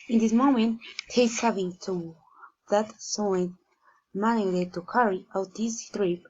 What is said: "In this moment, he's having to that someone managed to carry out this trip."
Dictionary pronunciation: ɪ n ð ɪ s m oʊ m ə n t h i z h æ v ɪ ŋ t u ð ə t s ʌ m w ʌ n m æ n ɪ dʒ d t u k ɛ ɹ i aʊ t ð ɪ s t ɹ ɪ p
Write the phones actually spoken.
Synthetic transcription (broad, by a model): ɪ n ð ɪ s m oʊ m ə n t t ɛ s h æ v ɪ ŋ t u ð ə t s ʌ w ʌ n m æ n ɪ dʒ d t u k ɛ ɹ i aʊ t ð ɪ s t ɹ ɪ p